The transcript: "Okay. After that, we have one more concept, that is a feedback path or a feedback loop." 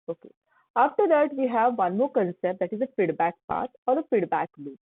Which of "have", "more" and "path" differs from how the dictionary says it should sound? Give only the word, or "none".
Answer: path